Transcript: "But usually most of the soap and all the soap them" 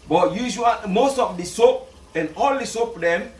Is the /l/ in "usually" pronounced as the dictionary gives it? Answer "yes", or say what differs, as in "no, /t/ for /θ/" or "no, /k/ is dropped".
no, /l/ is dropped